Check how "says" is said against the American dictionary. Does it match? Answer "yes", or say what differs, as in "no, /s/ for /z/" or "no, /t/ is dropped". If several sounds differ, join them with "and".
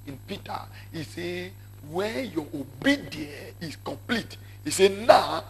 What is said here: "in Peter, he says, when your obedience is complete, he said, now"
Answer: no, /z/ is dropped